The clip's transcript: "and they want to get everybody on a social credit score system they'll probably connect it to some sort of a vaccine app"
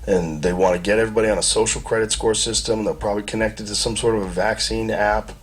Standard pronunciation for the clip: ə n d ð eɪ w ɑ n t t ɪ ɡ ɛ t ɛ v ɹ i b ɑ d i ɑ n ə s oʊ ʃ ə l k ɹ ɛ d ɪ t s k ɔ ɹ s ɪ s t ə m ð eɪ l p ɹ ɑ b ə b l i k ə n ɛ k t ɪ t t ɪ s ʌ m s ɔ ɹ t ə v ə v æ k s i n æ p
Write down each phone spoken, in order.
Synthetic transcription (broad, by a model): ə n ð eɪ w ɑ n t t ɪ ɡ ɛ t ɛ v ɹ i b ɑ d i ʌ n ə s oʊ ʃ l k ɹ ɛ d ɪ t s k ɔ ɹ s ɪ s t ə m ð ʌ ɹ p ɹ ɑ b ə b l i k ə n ɛ k t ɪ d t ɪ s ʌ m s ɔ ɹ t ə v ə v æ k s i n æ p